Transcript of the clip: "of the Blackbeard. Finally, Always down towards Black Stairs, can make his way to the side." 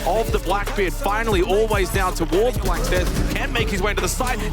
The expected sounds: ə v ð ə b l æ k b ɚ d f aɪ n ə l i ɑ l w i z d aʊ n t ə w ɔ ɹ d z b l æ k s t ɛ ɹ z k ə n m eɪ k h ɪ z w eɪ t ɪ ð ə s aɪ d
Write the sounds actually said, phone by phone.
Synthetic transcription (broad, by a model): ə v ð ə b l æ k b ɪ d f aɪ n l i ɑ l w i z d aʊ n t ə w ɔ ɹ d z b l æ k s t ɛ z k ə n m eɪ k h ɪ z w eɪ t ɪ ð ə s aɪ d